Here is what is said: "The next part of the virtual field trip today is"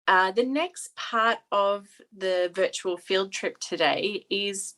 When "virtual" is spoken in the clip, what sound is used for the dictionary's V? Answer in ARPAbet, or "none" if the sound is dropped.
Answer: V